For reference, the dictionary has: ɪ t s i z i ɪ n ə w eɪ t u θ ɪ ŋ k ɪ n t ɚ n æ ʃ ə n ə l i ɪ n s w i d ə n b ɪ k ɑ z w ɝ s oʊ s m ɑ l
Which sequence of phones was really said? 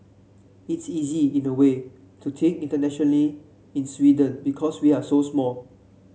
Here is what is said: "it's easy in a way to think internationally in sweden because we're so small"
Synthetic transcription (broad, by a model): ɪ t s i z i ɪ n ə w eɪ t u t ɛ k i n t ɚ n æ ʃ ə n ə l i ɪ n s w i d ə n b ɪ k ɑ s w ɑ s oʊ s m ɑ l